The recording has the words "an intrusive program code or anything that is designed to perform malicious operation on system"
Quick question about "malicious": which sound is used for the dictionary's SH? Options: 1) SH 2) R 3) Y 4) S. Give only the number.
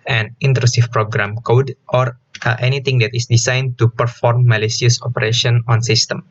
4